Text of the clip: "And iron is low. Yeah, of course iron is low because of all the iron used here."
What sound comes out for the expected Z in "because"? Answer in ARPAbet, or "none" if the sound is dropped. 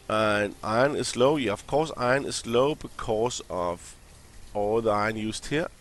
S